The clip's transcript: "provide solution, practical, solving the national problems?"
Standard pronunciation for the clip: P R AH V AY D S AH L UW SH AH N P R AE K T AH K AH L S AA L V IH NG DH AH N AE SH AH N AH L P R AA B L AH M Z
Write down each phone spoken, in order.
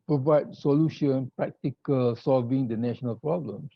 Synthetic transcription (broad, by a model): P R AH V AY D S AH L UW SH AH N P R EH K T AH K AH L S AA L V IH NG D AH N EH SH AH N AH L P R AA B L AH M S